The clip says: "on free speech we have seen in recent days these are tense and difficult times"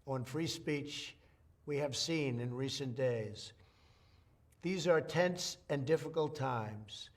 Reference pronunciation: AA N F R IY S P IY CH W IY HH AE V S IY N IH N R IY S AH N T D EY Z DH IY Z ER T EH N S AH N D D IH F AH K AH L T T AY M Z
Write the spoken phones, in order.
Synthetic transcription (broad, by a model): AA N F R IY S P IY CH W IY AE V S IY N IH N R IY S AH N D EY Z DH IY Z ER T EH N S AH N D D IH F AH K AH L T T AY M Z